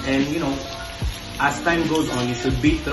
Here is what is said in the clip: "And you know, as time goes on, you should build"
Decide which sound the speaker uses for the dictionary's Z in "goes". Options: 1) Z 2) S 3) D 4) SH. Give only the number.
1